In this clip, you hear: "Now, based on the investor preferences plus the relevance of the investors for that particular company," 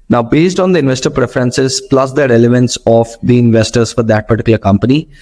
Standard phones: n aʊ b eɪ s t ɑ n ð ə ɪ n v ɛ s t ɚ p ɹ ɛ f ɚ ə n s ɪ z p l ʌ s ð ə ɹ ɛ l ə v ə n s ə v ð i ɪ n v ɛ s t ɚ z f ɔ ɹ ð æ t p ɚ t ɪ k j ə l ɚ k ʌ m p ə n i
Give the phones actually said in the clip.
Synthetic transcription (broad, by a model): n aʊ b eɪ s t ɑ n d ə ɪ n v ɛ s t ɚ p ɹ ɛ f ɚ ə n s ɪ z p l ʌ s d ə ɹ ɛ l ə v ə n s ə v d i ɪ n v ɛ s t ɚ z f ɔ ɹ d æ t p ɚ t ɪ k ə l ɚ k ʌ m p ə n i